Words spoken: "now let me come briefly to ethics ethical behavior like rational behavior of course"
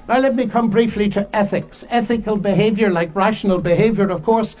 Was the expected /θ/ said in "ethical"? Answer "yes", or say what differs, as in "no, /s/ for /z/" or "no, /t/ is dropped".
yes